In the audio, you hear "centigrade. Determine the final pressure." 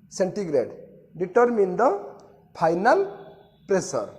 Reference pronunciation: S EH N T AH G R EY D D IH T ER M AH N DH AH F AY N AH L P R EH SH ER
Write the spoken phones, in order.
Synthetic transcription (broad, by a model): S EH N T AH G R EY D D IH T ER M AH N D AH P AY N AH L P R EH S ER